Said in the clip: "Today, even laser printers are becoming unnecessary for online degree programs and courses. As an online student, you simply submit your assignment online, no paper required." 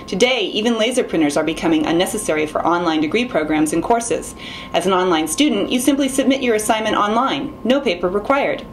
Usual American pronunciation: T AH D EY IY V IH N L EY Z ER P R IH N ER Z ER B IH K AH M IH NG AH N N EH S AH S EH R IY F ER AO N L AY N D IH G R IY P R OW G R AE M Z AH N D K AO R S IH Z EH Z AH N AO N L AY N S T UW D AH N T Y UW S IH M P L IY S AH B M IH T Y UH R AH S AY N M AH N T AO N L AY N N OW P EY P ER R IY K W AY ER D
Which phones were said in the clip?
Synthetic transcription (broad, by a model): T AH D EY IY V IH N L EY Z ER P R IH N ER Z ER B IH K AH M IH NG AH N N EH S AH S EH R IY F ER AO N L AY N D IH G R IY P R OW G R AE M Z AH N K AO R S IH Z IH Z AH N AO N L AY N S T UW D N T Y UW S IH M P L IY S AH B M IH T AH R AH S AY N M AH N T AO N L AY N N OW P EY P ER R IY K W AY ER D